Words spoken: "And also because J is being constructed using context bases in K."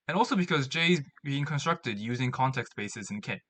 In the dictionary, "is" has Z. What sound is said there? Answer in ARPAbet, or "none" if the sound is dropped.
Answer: Z